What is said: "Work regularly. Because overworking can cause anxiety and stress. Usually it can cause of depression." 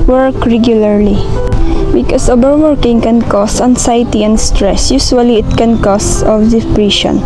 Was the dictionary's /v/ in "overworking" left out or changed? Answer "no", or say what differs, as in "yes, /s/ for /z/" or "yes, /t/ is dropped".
yes, /b/ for /v/